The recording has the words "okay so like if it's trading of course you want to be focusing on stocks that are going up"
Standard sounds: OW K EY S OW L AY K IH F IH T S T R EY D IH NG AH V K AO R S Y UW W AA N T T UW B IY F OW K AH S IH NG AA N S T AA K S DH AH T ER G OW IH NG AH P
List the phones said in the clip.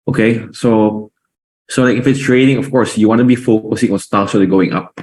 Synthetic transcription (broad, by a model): OW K EY S OW L AY K IH F IH T S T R EY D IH NG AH F K AO R S Y UW W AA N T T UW B IY F OW K AH S IH NG AA N S T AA S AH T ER G OW IH NG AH P